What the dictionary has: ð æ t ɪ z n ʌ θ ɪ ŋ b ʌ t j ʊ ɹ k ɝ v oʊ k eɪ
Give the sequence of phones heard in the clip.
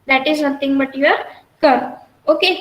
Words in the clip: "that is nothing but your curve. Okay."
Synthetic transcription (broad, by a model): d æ t ɪ z n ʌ t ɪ ŋ b ʌ t j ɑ ɹ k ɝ oʊ k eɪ